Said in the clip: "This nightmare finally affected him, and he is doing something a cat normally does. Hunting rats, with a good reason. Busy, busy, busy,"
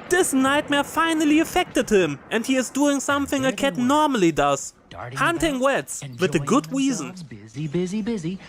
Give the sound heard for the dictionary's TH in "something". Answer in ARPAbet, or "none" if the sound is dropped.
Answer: TH